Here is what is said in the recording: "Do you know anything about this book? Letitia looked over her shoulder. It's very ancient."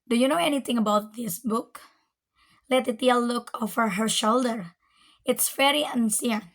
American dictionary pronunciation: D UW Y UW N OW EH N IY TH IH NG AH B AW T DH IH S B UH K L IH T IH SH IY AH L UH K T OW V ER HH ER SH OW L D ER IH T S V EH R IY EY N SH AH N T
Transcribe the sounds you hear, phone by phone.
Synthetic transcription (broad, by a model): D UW Y UW N OW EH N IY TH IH NG AH B AW T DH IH S B UH K L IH T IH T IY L L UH K OW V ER HH ER SH OW L D ER IH T S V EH R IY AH N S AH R